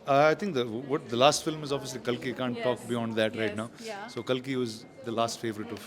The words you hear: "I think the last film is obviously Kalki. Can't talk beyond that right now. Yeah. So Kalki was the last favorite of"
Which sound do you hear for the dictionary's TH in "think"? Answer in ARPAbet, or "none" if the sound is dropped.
T